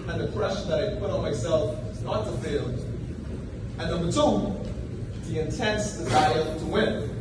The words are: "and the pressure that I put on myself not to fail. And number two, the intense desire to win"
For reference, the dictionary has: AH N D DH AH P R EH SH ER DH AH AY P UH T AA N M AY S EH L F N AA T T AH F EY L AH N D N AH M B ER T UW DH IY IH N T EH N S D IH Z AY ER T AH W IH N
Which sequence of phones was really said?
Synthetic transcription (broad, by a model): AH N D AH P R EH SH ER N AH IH P UH T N M AY S EH L F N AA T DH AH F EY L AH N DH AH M ER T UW DH IY IH N T EH N S D IH Z AY ER T AH W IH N